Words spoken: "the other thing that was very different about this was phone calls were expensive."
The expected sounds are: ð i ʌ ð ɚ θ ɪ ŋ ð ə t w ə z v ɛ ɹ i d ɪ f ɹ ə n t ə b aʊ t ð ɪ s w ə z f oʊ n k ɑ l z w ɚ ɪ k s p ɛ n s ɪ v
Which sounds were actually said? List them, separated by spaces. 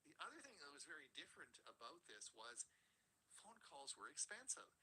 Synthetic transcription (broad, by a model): ð i ʌ ð ɚ θ ɪ ŋ ð ə t w ə z v ɛ ɹ i d ɪ f ɹ ə n t ə b aʊ t ð ɪ s w ə z f oʊ n k ɑ l z w ɚ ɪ k s p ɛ n s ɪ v